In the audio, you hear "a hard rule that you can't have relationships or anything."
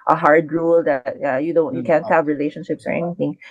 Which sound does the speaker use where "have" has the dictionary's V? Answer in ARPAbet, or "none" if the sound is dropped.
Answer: V